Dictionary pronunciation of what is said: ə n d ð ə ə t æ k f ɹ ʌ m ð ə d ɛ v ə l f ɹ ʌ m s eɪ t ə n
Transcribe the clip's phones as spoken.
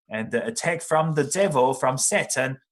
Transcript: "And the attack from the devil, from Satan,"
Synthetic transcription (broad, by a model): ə n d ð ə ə t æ k f ɹ ʌ m ð ə d ɛ v ə l f ɹ ʌ m s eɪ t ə n